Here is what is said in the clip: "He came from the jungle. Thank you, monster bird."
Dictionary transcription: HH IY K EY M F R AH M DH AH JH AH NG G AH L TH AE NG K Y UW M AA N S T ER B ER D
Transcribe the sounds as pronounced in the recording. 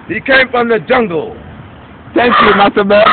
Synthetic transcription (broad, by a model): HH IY K EY M F R AH M DH AH JH AH NG G AH L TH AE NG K Y UW M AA S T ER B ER